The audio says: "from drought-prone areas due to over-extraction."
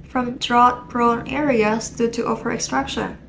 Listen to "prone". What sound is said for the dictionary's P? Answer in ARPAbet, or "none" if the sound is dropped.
B